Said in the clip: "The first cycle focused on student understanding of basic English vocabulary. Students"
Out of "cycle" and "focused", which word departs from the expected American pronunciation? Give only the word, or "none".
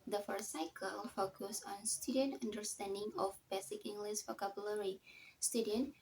focused